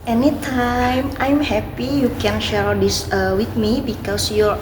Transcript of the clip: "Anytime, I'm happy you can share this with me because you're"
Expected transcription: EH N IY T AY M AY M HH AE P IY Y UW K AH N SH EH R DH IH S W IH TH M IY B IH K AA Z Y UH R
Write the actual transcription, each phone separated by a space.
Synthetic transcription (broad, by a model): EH N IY T AY M AY M HH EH P IY Y UW K AH N SH EH R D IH S W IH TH M IY B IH K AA S Y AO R